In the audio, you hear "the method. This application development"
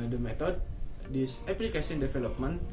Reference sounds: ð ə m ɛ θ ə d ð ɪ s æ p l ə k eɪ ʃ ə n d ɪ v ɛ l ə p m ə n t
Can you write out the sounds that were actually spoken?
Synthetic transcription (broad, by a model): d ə m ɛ t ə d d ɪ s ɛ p l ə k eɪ s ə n d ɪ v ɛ l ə p m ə n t